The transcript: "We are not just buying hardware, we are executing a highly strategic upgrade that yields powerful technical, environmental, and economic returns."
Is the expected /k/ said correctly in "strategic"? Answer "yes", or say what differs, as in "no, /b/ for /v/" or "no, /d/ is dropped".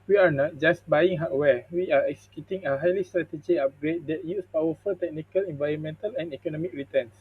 no, /k/ is dropped